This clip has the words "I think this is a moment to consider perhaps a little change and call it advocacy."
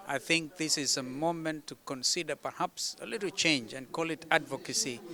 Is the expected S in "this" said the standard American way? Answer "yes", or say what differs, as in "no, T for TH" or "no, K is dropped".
yes